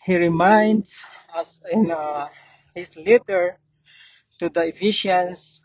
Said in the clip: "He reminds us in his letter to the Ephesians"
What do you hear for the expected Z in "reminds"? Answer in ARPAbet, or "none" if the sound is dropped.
S